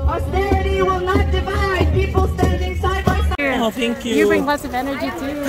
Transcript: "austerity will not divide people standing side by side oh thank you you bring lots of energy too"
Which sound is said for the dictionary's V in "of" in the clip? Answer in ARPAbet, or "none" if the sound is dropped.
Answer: V